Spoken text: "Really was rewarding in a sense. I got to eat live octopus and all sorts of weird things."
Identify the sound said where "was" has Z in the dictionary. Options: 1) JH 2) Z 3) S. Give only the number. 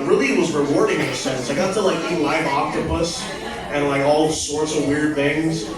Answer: 2